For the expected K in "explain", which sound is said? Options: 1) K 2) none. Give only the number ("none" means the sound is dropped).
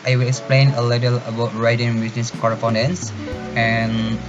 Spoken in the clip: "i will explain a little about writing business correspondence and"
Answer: 1